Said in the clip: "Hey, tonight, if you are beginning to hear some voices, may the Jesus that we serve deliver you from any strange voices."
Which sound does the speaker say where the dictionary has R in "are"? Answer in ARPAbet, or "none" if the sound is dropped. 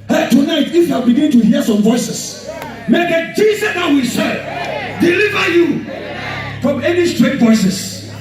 L